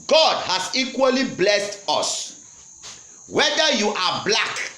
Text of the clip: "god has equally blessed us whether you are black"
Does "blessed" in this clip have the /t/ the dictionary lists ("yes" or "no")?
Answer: yes